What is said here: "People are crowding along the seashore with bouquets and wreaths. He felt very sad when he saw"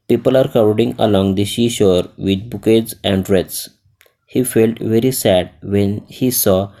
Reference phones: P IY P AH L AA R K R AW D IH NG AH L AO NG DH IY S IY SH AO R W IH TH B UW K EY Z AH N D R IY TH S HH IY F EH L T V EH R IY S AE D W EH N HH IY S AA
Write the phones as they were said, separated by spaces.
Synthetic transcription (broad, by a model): P IY P AH L AA R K AW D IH NG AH L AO NG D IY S IY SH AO R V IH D B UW K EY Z AH N D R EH T S HH IY F EH L T V EH R IY S AE D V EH N HH IY S AA